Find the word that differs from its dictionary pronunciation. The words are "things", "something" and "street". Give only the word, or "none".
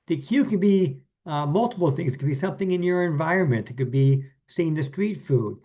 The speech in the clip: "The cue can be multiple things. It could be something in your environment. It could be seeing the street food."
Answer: none